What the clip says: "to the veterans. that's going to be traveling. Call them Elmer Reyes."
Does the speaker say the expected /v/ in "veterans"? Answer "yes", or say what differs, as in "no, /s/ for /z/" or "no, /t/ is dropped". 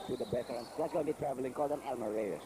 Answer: no, /b/ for /v/